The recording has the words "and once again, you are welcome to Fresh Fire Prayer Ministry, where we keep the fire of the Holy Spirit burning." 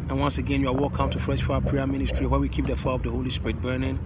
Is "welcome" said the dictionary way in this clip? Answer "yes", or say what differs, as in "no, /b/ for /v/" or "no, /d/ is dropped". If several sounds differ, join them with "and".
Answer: no, /l/ is dropped